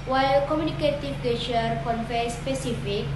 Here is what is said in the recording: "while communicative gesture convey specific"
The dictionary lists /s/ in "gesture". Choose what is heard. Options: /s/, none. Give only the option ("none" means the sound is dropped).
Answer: none